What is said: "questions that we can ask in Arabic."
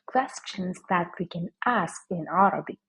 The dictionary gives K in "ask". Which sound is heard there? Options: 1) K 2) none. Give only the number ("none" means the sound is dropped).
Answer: 1